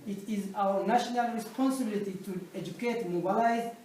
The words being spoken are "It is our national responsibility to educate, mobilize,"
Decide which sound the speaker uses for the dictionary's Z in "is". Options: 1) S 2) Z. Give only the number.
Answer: 2